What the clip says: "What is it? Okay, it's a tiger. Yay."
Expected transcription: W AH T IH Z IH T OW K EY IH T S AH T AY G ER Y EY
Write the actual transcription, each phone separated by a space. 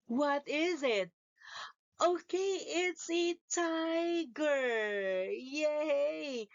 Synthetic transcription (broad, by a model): W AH T IH Z IH T OW K EY IH T S AH T AY G ER Y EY